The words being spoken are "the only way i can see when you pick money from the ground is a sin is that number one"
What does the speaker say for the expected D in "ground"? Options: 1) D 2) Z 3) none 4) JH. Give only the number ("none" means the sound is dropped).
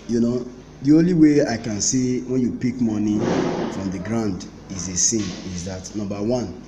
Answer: 1